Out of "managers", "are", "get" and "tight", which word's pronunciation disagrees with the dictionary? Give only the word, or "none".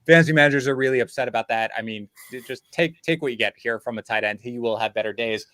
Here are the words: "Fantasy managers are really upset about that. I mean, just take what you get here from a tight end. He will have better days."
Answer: none